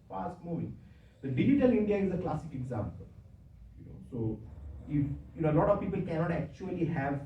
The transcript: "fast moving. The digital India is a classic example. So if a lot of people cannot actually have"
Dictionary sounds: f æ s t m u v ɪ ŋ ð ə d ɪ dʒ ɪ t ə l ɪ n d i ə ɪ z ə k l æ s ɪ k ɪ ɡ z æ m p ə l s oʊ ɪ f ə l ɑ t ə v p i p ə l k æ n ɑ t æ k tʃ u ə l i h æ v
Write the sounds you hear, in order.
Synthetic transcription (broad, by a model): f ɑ s t m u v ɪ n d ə d ɪ dʒ ɪ t ə l ɪ n d i ə ɪ z ə k l æ s ɪ k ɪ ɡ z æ m p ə l s oʊ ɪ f ə l ɑ t ə v p i p ə l k æ n ɑ t æ k tʃ u ə l i h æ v